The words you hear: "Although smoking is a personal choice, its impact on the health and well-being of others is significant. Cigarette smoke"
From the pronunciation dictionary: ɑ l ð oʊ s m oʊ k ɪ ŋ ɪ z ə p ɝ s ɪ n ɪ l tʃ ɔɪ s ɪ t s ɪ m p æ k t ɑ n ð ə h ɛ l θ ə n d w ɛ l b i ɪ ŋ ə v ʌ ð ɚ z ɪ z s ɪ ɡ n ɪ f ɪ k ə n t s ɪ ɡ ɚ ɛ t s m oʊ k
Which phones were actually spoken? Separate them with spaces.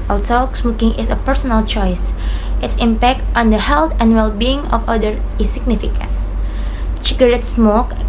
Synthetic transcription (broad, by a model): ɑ l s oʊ s m oʊ k ɪ ŋ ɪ s ə p ɝ s ɪ n ɪ l tʃ ɔɪ s ɪ t s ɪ m p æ k t ɑ n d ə h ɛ l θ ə n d w ɛ l b i ɪ ŋ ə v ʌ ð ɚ ɪ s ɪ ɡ n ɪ f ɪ k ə n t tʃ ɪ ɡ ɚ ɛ t s m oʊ k